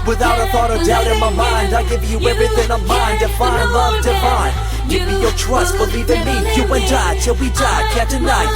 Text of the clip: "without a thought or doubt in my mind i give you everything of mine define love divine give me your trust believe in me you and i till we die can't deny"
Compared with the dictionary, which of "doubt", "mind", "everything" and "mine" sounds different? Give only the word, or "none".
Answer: none